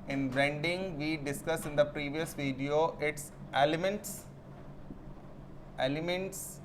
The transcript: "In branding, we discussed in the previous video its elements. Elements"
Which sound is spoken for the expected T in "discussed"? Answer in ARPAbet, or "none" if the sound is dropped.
none